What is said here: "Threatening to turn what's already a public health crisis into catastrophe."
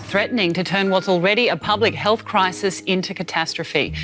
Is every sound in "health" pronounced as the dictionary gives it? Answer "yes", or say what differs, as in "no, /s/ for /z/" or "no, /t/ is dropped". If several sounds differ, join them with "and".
yes